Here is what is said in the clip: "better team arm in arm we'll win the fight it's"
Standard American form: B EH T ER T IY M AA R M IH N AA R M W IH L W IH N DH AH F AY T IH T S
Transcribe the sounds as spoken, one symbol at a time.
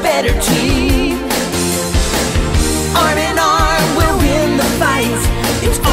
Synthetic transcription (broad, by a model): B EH T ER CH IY AA R M IH N AA R M W IH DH IH N DH AH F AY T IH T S